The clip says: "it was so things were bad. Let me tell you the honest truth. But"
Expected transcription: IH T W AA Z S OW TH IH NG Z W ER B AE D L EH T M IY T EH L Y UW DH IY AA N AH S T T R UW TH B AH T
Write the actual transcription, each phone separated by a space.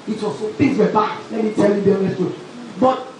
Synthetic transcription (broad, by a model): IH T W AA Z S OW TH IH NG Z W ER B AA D L EH T M IY T EH L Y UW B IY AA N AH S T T UW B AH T